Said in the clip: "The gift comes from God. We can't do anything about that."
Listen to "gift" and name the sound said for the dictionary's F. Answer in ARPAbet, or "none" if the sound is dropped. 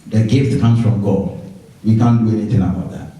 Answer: F